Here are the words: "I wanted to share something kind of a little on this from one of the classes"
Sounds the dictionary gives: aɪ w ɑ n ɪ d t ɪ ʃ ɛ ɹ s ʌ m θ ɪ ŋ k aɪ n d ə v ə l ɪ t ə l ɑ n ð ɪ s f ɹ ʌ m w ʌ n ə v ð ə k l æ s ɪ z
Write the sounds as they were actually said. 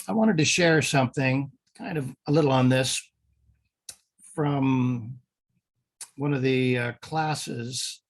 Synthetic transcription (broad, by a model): aɪ w ɑ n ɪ d t ɪ ʃ ɛ ɹ s ʌ m θ ɪ ŋ k aɪ n d ə v ə l ɪ t l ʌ n ð ɪ s f ɹ ʌ m w ʌ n ə v ð ə k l æ s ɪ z